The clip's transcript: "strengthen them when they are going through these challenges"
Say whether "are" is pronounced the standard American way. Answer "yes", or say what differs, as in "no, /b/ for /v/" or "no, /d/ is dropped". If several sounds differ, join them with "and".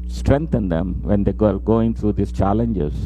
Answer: no, /l/ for /ɹ/